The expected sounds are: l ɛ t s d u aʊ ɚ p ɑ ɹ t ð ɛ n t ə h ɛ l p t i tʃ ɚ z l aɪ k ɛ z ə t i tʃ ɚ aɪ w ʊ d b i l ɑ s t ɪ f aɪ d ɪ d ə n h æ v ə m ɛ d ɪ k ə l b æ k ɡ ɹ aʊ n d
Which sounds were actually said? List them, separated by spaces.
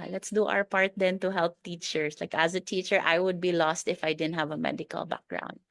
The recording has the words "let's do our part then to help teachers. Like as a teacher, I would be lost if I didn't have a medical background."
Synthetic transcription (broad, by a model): l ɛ t s d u aʊ ɚ p ɑ ɹ t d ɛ n t ə h ɛ l p t i tʃ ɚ s l aɪ k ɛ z ə t i tʃ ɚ aɪ w ʊ d b i l ɑ s t ɪ f aɪ d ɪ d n h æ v ə m ɛ d ɪ k ə l b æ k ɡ ɹ aʊ n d